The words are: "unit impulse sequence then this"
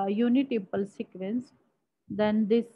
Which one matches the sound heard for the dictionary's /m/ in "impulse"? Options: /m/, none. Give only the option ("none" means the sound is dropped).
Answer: none